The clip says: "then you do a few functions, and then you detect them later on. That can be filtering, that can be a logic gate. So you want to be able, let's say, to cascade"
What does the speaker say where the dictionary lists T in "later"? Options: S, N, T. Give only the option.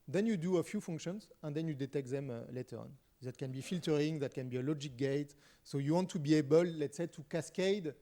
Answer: T